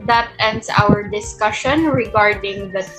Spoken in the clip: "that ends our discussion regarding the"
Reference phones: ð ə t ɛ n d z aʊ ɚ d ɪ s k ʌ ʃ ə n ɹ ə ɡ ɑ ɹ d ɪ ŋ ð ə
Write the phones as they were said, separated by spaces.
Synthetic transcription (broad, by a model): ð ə t ɛ n d s aʊ ɚ d ɪ s k ʌ ʃ ə n ɹ ə ɡ ɑ ɹ d ɪ ŋ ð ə